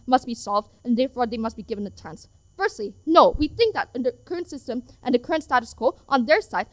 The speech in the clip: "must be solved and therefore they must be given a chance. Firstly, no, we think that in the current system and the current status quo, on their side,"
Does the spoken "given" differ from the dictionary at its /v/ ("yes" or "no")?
no